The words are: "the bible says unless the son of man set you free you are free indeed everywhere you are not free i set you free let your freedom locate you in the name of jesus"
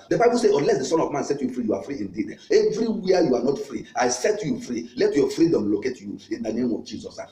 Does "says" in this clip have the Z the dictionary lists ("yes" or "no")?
no